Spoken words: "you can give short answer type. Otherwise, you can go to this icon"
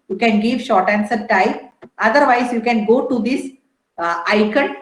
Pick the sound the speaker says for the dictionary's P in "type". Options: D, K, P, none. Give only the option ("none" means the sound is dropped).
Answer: none